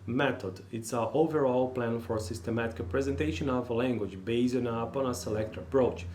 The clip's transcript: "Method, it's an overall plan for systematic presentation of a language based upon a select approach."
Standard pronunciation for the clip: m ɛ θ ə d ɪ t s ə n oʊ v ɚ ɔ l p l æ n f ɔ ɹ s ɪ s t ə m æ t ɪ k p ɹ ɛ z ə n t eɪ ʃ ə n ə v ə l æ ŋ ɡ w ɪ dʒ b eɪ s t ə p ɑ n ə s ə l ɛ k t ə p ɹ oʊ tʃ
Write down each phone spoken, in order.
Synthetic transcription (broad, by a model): m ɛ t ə d ɪ t s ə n oʊ v ɚ ɔ l p l æ n f ɔ ɹ s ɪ s t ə m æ t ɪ k p ɹ ɛ z ə n t eɪ ʃ ə n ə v ə l æ ŋ ɡ w ɪ dʒ b eɪ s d ə p ɑ n ə s ə l ɛ k t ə p ɹ oʊ tʃ